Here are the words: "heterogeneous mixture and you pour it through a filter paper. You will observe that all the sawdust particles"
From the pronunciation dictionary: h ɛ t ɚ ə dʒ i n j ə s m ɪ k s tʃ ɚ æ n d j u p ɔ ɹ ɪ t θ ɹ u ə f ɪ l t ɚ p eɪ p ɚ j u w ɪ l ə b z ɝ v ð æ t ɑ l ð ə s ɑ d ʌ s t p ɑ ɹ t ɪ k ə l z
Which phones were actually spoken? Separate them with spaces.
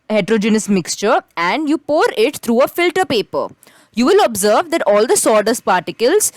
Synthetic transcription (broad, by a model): h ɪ t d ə dʒ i n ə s m ɪ k s tʃ ɚ æ n d j u p ɔ ɹ ɪ t t ɹ u ə f ɪ l t ɚ p eɪ p ɚ j u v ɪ l ə b z ɝ v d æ t ɑ l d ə s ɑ d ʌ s p ɑ ɹ t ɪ k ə l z